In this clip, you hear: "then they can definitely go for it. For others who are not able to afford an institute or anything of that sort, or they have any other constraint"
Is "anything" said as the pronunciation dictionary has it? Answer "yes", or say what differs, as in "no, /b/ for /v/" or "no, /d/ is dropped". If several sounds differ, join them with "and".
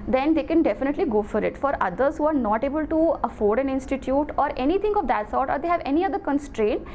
no, /t/ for /θ/